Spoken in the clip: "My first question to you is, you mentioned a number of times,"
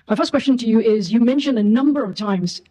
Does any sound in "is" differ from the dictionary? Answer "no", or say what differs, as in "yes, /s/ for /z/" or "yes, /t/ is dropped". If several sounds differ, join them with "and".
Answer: no